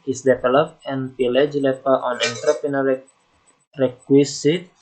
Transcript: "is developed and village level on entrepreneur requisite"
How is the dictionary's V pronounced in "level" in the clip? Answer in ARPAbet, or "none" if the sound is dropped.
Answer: P